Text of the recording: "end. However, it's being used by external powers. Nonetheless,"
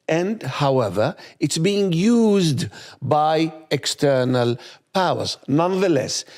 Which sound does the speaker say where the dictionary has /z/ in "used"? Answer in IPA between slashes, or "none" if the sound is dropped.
/z/